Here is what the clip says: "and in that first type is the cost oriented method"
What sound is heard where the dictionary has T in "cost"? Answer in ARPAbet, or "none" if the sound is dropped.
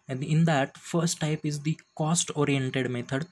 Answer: T